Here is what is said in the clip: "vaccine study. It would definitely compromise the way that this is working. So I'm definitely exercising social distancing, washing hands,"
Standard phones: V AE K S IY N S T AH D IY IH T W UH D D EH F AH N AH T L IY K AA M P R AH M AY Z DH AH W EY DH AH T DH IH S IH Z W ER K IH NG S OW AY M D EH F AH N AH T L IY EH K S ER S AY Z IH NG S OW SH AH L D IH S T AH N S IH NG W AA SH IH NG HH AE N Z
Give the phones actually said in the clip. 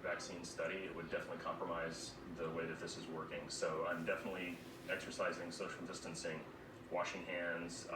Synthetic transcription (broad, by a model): V AE K S IY N S T AH D IY IH T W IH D D EH F AH N AH T L IY K AA M P R AH M AY Z DH AH W EY DH AH T DH IH S IH Z W ER K IH NG S OW AY M D EH F AH N AH T L IY EH K S ER S AY Z IH NG S OW SH L D IH S T AH N S IH NG W AA SH IH NG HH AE N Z